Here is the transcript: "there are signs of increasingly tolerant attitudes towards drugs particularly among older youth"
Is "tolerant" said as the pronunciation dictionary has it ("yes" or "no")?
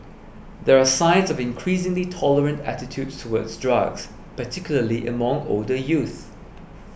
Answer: yes